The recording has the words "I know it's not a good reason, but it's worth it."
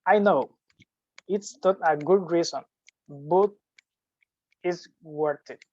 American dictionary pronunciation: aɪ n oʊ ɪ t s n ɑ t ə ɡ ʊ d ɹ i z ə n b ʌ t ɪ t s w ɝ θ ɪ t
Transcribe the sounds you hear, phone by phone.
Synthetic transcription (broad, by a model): aɪ n oʊ ɪ t s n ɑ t ə ɡ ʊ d ɹ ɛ s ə n b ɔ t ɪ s w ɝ t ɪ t